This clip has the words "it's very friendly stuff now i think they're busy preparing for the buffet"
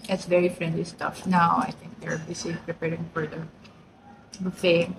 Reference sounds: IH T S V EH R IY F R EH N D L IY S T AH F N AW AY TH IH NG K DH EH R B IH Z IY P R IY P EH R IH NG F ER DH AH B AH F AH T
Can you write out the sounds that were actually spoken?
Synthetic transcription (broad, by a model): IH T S V EH R IY F R EH N D L IY S T AH F N AW AY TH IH NG K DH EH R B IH S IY P R IY P EH R IH NG F ER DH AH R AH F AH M